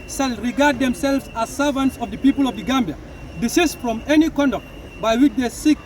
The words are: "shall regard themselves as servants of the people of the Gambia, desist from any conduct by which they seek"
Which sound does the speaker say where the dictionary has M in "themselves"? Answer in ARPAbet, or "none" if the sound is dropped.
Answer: M